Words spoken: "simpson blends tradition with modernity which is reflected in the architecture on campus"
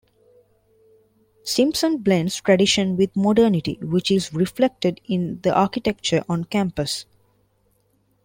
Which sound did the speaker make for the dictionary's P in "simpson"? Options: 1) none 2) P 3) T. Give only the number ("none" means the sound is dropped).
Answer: 2